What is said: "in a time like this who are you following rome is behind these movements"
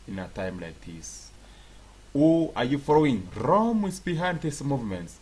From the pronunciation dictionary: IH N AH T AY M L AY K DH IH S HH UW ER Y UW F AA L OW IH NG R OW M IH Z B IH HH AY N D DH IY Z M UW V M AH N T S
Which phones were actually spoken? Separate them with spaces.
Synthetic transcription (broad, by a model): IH N AH T AY M L AY K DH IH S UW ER Y UW F AA L OW IH NG R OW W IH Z B IH HH AY N D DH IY S M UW V M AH N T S